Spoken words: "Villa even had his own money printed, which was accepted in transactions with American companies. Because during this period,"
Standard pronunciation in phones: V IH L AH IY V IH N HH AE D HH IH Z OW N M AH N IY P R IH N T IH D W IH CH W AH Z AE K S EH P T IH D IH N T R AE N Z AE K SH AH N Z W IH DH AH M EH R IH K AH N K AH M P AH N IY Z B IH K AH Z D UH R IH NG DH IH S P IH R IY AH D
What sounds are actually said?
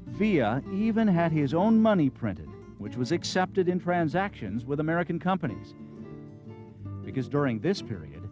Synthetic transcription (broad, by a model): V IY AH IY V IH N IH D IH Z OW N M AH N IY P R IH N T IH D W IH CH W AH Z AE K S EH P T IH D IH N T R AE N Z AE K SH AH N Z W IH DH AH M EH R IH K AH N K AH M P AH N IY Z B IH K AH Z D UH R IH NG DH IH S P IH R IY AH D